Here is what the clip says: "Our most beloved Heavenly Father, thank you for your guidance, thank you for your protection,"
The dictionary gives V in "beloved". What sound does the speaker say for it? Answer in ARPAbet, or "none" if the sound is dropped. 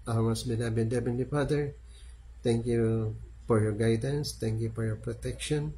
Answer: B